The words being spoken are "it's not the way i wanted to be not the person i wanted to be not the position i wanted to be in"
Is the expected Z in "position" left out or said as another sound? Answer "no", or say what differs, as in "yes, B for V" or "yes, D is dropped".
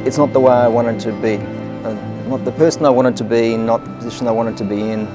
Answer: no